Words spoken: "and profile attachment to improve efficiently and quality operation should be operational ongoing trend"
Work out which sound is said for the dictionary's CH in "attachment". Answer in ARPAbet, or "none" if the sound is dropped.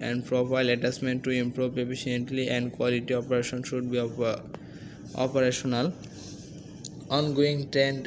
S